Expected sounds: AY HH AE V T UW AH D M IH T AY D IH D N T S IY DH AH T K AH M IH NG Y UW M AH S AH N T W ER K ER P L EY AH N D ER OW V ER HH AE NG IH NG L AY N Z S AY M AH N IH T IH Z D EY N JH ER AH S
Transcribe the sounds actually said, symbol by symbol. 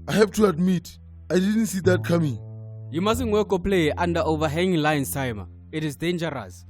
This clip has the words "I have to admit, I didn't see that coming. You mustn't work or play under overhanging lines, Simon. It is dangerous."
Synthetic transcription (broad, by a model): AY HH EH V T UW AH D M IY T AY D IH D N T S IY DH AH T K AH M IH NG Y UW M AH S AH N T W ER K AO P L EY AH N D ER OW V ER HH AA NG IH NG L AY N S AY M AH IH T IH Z D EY N JH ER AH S